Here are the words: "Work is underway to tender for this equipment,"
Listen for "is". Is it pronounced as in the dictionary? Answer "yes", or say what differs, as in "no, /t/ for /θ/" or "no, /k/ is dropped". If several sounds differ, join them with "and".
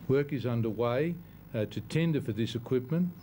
yes